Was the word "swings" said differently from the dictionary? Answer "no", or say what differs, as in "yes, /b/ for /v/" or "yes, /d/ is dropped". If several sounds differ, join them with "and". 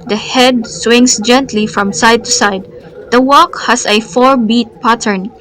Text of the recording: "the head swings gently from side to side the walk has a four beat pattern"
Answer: yes, /s/ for /z/